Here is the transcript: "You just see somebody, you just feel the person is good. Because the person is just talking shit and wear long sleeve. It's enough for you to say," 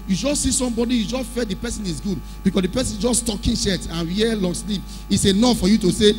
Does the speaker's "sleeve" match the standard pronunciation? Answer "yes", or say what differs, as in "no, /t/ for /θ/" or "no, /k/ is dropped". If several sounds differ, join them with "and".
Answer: no, /p/ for /v/